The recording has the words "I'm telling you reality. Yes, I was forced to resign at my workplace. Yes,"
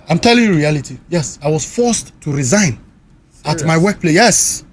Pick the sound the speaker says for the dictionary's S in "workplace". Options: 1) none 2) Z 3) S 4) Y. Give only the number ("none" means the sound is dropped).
1